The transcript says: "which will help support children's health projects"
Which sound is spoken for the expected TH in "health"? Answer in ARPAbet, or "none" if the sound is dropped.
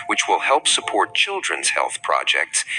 TH